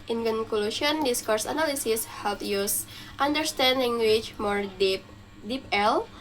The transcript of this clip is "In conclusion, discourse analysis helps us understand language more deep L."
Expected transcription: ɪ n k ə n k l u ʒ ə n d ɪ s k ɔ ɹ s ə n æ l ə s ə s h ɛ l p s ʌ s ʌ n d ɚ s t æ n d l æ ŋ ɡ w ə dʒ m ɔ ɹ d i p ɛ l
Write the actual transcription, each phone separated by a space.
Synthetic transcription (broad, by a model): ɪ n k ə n k l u ʃ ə n d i s k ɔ ɹ s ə n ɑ l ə s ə s h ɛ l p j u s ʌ n d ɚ s t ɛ n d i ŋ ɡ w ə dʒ m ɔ ɹ d i p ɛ l